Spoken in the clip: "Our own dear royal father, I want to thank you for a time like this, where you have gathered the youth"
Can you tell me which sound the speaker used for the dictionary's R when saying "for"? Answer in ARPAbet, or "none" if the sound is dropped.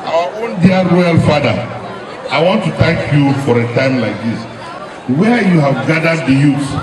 R